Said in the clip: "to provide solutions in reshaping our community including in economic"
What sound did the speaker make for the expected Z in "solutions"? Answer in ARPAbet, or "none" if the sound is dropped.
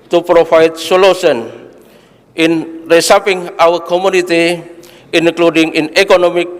none